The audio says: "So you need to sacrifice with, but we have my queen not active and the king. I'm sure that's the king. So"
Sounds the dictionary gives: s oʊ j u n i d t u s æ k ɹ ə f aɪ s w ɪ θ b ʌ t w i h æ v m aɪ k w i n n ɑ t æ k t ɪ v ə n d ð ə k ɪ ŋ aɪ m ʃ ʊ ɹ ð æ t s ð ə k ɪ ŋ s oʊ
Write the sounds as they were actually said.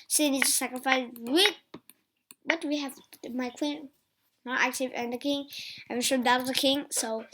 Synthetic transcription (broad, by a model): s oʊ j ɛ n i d t u s æ k ɹ ə f aɪ s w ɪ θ b ʌ t w i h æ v m aɪ k w i n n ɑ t æ k t ɪ v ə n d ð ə k ɪ ŋ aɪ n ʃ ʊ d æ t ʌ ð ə k ɪ ŋ s oʊ